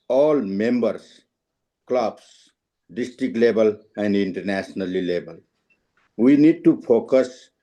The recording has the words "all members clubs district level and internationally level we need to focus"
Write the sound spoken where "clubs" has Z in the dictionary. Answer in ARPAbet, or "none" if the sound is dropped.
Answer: S